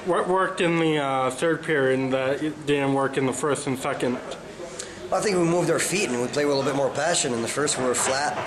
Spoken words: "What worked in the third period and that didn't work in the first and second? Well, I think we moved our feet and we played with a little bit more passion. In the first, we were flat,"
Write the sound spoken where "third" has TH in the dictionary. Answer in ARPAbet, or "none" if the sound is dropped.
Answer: TH